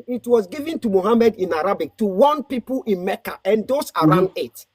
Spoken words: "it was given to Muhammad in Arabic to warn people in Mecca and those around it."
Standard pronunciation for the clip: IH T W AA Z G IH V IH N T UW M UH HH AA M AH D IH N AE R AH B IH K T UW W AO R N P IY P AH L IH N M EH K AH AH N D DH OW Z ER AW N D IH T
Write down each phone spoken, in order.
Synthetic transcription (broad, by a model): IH T W AA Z G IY V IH N T UW M UH HH AA M AH D IH N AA R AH B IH K T UW W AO N P IY P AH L IH N M EH K AH AH N D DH OW S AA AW N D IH T